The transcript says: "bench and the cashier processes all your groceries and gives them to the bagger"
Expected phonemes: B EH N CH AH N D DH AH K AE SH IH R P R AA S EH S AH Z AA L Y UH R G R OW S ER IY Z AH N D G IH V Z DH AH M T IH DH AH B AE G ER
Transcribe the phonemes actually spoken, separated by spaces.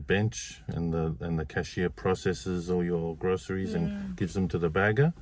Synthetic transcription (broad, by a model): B EH N CH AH N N DH AH K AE SH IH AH P R AA S EH S AH Z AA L Y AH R G R OW S ER IY Z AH N G IH V Z DH AH M T IH DH AH B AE G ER